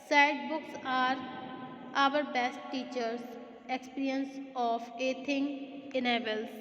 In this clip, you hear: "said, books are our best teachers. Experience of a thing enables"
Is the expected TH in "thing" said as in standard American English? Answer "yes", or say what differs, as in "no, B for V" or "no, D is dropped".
no, T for TH